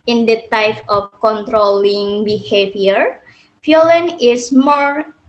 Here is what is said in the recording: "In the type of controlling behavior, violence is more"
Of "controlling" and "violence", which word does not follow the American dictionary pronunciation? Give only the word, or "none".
violence